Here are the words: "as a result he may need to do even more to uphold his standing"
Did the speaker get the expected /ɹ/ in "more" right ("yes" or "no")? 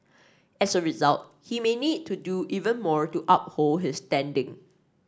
yes